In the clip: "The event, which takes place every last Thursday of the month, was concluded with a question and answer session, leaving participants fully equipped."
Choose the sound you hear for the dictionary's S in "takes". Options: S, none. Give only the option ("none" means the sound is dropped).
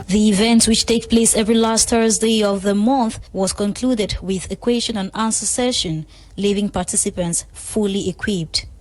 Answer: none